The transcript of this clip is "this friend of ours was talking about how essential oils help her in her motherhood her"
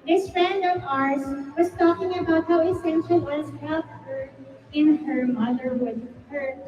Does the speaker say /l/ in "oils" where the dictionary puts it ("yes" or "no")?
no